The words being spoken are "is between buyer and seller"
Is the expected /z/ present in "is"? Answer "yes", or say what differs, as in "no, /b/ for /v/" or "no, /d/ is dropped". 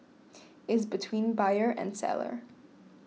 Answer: yes